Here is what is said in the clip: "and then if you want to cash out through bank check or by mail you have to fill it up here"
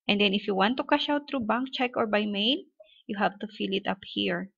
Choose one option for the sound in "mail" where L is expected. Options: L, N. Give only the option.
N